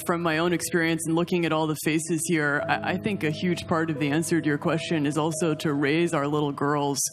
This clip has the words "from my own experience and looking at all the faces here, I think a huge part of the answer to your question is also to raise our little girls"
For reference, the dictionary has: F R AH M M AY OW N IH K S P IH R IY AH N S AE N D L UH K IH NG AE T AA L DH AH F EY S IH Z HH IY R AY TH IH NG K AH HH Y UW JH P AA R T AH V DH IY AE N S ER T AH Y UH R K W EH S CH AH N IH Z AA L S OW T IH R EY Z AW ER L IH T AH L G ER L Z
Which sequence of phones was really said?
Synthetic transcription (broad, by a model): F R AH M M AY OW N IH K S P IH R IY AH N S N L UH K IH NG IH T AA L DH AH F EY S IH Z HH IY R AY TH IH NG K AH HH Y UW JH P AA R T AH V DH IY AE N S ER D Y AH R K W EH S CH AH N IH Z AA L S OW T IH R EY Z AW ER L IH T L G ER L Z